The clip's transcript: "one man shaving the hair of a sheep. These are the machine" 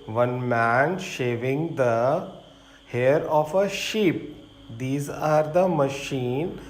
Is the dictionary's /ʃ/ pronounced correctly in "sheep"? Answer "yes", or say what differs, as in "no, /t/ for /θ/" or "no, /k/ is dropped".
yes